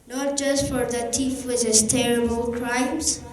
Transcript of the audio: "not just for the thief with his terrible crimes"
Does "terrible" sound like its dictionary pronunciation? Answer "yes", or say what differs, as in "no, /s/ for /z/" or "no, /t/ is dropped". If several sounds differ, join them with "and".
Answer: yes